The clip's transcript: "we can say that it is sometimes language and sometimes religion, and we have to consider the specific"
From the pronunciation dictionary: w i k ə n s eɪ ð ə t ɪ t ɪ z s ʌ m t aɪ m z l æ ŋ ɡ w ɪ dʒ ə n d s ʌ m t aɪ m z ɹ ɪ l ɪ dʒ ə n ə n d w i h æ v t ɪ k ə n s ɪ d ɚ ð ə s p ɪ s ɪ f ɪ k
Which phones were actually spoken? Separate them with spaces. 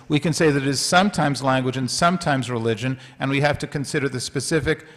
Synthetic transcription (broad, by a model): w i k ə n s eɪ ð ə t ɪ t ɪ z s ʌ m t aɪ m z l æ ŋ ɡ w ɪ dʒ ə n s ʌ m t aɪ m z ɹ ɪ l ɪ dʒ ə n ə n w i h æ f t ɪ k ə n s ɪ d ɚ ð ə s p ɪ s ɪ f ɪ k